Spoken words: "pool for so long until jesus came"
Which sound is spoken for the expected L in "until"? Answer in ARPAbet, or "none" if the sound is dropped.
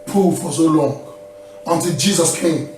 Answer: L